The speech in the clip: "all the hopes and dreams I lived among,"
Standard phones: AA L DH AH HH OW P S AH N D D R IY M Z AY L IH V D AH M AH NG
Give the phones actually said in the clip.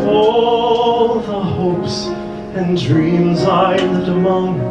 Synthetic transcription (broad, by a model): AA L DH AH HH OW P S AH N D D R IY M Z AY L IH D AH M AH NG